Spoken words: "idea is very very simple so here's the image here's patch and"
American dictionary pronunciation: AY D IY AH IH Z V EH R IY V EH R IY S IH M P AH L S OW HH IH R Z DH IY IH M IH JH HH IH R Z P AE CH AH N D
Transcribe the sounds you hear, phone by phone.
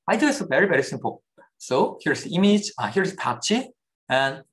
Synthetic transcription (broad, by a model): AY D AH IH S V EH R IY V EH R IY S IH M P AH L S OW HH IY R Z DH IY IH M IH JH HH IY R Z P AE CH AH N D